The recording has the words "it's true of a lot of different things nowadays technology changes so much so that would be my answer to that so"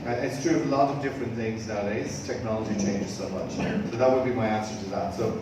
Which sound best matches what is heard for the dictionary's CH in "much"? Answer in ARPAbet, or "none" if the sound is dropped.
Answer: CH